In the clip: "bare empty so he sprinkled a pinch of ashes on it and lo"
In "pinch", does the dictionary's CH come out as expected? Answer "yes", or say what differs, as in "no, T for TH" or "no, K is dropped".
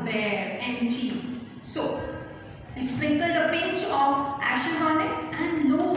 no, S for CH